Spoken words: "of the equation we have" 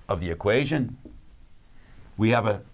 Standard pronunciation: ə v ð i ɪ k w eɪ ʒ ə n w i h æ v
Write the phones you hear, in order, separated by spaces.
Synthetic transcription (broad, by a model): ə v ð i ɪ k w eɪ ʒ ə n w i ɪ v